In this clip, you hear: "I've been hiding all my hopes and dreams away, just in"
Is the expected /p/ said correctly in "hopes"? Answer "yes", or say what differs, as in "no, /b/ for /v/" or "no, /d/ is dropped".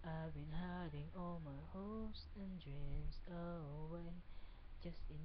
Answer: no, /p/ is dropped